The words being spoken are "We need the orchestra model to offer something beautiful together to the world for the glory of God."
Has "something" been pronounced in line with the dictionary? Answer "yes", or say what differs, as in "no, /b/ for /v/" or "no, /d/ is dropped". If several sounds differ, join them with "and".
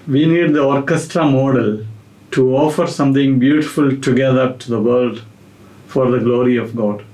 no, /t/ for /θ/